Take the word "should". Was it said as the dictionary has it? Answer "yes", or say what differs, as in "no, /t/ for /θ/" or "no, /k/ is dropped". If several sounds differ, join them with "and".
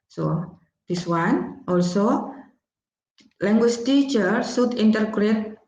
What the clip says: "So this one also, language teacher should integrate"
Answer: no, /s/ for /ʃ/